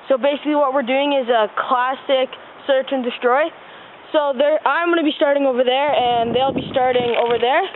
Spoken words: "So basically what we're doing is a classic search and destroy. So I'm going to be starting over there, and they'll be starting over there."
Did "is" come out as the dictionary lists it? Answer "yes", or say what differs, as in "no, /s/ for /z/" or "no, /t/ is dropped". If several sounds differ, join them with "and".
yes